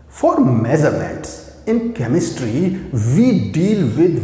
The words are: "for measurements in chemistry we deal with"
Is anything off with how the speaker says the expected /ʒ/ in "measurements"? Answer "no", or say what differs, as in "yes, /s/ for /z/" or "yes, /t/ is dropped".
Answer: yes, /z/ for /ʒ/